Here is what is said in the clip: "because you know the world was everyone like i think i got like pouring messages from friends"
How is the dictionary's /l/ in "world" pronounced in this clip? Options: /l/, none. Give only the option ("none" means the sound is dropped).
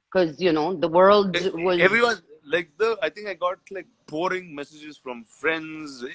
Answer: /l/